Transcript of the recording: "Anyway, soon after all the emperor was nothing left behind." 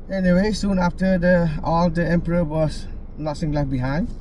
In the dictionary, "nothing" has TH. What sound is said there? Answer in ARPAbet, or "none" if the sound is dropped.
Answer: S